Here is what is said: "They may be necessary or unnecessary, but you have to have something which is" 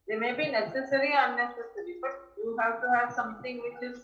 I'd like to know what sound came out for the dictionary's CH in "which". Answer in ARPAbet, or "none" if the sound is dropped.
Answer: CH